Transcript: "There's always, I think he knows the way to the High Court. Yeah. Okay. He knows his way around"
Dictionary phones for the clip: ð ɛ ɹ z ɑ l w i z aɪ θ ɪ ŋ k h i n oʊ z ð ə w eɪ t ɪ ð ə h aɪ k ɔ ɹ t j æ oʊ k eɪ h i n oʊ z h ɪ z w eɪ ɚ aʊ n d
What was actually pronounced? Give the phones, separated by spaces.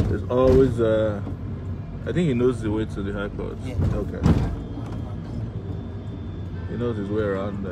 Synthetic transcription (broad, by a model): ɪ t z ɑ l w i z aɪ θ ɪ ŋ k h i n oʊ z ð ə w eɪ t ɪ ð ə h aɪ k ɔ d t oʊ k eɪ h i n oʊ z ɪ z w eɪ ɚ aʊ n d